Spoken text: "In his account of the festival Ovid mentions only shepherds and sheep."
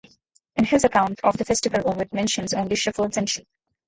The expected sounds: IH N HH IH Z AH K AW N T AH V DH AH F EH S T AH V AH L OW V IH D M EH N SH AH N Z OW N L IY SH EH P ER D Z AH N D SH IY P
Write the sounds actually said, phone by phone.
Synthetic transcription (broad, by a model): IH N HH IH Z AH K AW N T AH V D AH F EH S T AH V AH L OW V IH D M EH N SH AH N Z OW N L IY SH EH F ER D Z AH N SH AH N